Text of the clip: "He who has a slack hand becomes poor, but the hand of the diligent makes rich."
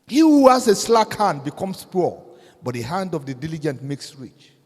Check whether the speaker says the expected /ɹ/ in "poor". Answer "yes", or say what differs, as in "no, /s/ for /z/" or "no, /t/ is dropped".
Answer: no, /l/ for /ɹ/